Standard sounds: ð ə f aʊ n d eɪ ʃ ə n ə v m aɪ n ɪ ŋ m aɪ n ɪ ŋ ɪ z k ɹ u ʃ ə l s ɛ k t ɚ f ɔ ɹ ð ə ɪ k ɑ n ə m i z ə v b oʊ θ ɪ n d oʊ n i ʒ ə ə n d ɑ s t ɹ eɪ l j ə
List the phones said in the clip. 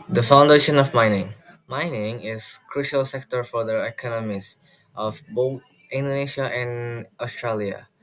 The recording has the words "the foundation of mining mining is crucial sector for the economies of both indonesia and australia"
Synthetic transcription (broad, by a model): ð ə f aʊ n d eɪ ʃ ə n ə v m aɪ n ɪ ŋ m aɪ n ɪ ŋ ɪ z k ɹ u ʃ ə l s ɛ k t ɚ f ɔ ɹ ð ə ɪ k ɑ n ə m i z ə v b oʊ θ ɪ n d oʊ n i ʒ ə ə n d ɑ s t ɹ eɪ l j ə